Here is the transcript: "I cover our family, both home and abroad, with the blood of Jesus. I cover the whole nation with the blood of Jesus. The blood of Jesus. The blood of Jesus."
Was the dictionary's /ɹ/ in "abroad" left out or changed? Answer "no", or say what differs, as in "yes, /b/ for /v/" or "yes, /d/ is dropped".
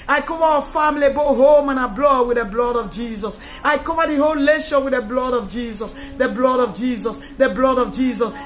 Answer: yes, /l/ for /ɹ/